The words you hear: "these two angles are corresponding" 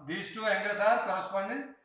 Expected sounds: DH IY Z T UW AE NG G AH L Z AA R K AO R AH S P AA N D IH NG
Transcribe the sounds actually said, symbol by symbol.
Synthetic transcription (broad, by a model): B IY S T UW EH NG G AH Z AA R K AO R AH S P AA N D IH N